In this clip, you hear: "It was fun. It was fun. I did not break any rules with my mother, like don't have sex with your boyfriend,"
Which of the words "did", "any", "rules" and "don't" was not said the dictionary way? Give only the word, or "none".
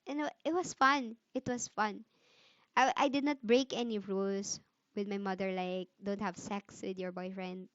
rules